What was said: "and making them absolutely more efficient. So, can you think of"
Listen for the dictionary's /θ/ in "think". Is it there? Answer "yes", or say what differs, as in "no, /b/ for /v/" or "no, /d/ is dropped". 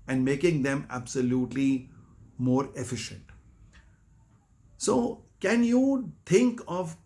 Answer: no, /t/ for /θ/